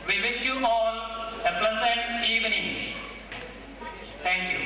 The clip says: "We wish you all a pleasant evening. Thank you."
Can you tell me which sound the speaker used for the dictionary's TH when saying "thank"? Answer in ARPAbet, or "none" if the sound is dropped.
T